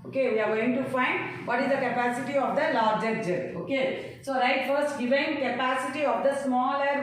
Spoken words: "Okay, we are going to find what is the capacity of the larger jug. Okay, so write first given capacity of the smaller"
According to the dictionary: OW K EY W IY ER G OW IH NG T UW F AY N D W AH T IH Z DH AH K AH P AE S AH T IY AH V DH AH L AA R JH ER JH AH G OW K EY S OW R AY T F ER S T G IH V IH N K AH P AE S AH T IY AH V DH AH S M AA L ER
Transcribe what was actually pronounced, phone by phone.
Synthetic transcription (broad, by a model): OW K EY W IY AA G OW IH NG T UW F AY N D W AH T IH Z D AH K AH P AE S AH T IY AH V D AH L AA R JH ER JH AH OW K EY S OW R AY T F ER S T G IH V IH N K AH P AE S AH T IY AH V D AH S M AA L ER